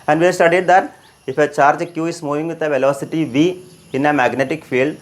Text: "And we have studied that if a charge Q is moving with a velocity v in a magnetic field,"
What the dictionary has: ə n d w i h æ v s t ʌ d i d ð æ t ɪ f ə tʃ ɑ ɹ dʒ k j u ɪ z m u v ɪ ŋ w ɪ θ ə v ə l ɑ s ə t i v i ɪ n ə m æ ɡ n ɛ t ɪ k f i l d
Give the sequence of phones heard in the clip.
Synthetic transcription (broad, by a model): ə n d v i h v s t ʌ d i d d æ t ɪ f ə tʃ ɑ ɹ dʒ k j u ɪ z m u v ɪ ŋ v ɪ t ə v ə l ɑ s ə t i v i ɪ n ə m æ ɡ n ɛ t ɪ k f i l d